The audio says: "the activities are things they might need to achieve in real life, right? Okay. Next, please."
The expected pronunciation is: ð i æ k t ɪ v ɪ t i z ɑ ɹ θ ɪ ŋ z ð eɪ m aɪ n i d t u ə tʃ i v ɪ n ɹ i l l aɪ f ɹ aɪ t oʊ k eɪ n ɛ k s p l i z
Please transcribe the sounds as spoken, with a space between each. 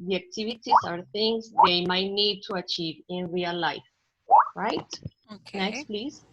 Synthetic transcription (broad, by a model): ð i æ k t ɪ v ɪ t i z ɑ ɹ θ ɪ ŋ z ð eɪ m aɪ n i d t u ə tʃ i v ɪ n ɹ i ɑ l aɪ f ɹ aɪ t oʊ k n ɛ k s p l i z